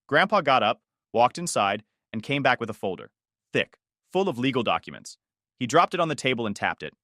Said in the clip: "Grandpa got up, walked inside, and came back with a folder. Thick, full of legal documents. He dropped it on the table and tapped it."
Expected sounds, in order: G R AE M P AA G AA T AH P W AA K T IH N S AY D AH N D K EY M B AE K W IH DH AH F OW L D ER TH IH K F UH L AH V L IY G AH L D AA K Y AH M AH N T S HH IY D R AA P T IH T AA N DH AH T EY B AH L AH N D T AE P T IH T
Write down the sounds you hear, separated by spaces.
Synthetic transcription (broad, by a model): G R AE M P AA G AA T AH P W AA K T IH N S AY D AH N K EY M B AE K W IH DH AH F OW L D ER TH IH K F UH L AH V L IY G L D AA K Y AH M AH N T S HH IY D R AA P T IH T N DH AH T EY B L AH N T AE P T IH T